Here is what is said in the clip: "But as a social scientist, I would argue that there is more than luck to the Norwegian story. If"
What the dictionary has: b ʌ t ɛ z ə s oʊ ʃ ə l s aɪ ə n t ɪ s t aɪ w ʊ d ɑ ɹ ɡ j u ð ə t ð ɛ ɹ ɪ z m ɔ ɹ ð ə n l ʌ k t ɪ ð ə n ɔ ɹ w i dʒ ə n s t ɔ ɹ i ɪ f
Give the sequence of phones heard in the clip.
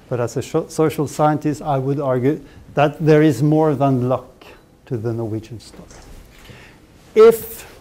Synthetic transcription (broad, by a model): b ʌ t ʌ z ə s oʊ ʃ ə l s aɪ ə n t ɪ s t aɪ w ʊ d ɑ ɹ ɡ j u ð ə t ð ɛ ɹ ɪ z m ɔ ɹ ð ə n l ʌ k t ɪ ð ə n ɔ ɹ w i dʒ ə n s t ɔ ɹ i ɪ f